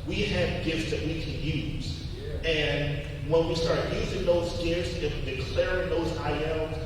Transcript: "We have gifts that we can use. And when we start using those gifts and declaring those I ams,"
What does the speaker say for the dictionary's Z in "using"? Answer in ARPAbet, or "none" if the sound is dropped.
Z